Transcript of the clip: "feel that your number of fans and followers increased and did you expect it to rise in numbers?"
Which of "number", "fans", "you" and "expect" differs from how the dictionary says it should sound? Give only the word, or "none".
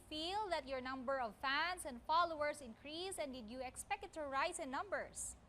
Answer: fans